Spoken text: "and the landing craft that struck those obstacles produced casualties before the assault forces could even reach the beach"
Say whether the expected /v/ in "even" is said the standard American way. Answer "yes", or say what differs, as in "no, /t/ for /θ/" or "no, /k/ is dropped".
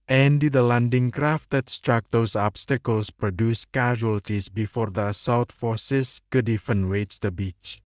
no, /f/ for /v/